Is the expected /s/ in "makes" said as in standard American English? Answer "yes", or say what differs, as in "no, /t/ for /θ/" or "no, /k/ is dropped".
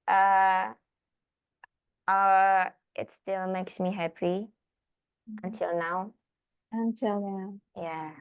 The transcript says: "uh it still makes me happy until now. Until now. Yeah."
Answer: yes